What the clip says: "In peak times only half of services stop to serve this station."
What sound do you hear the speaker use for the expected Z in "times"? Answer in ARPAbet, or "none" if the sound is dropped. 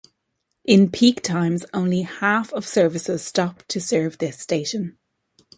Z